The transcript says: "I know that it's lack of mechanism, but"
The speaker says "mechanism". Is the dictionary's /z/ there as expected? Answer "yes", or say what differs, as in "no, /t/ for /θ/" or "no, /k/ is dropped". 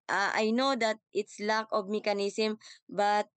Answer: no, /s/ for /z/